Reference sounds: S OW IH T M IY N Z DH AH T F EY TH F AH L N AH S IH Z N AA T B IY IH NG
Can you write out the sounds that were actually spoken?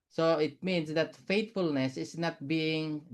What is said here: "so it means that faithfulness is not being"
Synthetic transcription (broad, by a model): S OW IH T M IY N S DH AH T F EY T F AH L N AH S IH S N AA T B IY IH NG